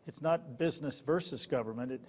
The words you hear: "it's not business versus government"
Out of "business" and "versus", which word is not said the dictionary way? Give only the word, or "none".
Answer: none